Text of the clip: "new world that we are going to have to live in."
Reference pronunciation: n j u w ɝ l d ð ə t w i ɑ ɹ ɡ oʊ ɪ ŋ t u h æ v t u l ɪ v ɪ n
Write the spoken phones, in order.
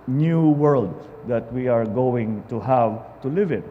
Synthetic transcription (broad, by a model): n j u w ɝ l d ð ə t w i ɑ ɹ ɡ oʊ ɪ ŋ t u h æ v t u l ɪ v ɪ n